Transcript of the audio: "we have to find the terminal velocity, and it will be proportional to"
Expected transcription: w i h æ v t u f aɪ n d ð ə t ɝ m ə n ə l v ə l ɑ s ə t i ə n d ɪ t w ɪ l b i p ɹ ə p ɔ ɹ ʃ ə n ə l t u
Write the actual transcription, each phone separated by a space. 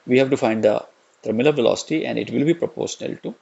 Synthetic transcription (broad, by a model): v i h æ v t u f aɪ n d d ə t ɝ m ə l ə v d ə l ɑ s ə t i ə n d ɪ t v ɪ l b i p ɹ ə p ɔ ɹ ʃ ə n ə l t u